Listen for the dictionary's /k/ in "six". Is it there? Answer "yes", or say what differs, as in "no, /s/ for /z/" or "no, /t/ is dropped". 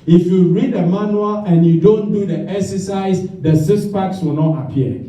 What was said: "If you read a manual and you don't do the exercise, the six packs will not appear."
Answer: no, /k/ is dropped